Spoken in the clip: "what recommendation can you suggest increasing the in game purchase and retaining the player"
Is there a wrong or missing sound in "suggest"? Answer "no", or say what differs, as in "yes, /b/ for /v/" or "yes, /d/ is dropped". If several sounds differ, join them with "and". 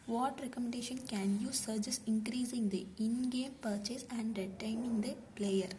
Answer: yes, /t/ is dropped